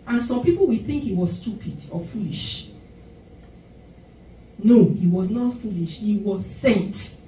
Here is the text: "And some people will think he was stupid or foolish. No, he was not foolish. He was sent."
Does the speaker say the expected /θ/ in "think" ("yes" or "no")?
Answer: yes